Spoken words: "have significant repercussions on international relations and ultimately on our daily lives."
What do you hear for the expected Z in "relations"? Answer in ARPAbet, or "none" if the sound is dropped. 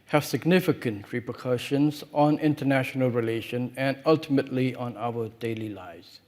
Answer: none